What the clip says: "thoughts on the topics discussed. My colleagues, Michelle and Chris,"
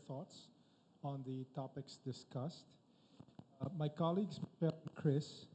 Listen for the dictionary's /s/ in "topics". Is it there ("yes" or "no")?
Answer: yes